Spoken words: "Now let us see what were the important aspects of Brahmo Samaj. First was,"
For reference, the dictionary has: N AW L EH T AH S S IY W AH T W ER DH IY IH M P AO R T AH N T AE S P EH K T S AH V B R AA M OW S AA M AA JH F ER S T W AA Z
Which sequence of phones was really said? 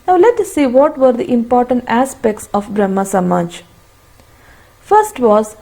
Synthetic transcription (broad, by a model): N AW L EH T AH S S IY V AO T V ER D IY IH M P AO R T AH N T AE S P EH K T S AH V B R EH M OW S AA M AA JH F ER S T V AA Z